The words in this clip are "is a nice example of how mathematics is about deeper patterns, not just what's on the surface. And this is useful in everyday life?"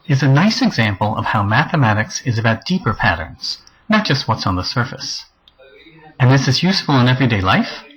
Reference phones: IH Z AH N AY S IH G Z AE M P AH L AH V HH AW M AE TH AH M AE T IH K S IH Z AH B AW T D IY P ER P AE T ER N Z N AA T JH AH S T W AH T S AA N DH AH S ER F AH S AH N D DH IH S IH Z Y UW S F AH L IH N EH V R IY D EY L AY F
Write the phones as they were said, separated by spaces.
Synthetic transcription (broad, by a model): IH Z AH N AY S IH G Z AE M P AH L AH V HH AW M AE TH AH M AE T IH K S IH Z AH B AW T D IY P ER P AE T ER N Z N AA T JH AH S T W AH T S N DH AH S ER F AH S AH N DH IH S IH Z Y UW S F L IH N EH V R IY D EY L AY F